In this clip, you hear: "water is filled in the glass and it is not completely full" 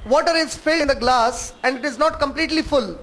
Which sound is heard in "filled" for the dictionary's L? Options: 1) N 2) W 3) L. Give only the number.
1